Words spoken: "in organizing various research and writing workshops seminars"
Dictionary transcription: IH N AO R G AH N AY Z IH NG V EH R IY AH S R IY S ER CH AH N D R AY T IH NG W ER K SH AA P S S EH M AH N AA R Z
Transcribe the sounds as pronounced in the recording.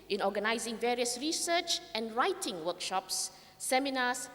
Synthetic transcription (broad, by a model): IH N AO G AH N AY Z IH NG V EH R IY AH S R IY S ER CH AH N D R AY T IH NG W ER K SH AA P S S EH M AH N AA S